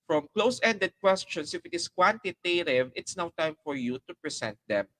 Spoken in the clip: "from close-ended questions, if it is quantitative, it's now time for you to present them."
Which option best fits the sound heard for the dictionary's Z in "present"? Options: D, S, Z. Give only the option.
S